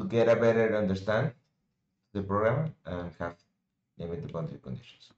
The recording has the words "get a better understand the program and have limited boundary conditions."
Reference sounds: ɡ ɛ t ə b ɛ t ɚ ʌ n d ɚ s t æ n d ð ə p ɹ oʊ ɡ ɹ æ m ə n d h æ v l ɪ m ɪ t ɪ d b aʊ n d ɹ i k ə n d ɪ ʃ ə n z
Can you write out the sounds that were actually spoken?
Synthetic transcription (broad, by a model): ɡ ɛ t ə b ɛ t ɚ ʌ n d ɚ s t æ n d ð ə p ɹ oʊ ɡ ɹ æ m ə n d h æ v n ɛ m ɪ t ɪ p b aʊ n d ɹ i k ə n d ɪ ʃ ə n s